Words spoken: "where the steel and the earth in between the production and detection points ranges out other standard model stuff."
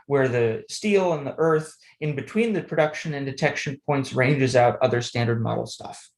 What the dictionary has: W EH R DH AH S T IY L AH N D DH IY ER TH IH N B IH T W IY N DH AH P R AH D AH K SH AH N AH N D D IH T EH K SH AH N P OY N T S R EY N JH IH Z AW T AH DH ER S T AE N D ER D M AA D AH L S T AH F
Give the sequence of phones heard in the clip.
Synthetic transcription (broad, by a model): W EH R DH AH S T IY L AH N DH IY ER TH IH N B IH T W IY N DH AH P R AH D AH K SH AH N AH N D D IH T EH K SH AH N P OY N T S R EY N JH IH Z AW T AH DH ER S T AE N D ER D M AA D L S T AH F